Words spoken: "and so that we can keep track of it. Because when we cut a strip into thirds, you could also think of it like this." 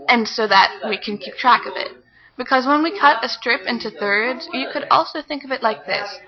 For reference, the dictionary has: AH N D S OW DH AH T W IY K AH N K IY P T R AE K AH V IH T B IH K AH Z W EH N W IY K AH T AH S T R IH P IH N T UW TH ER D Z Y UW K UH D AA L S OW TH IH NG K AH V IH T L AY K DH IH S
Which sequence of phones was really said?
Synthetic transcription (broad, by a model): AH N S OW DH AH T W IY K AH N K IY P T R AE K AH V IH T B IH K AH Z W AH N W IY K AH T AH S T R IH P IH N T UW TH ER D Z Y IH K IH D AA L S OW TH IH NG K AH V IH T L AY K DH IH S